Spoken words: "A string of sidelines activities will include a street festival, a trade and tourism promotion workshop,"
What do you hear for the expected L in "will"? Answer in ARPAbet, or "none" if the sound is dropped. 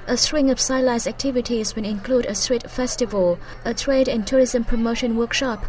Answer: N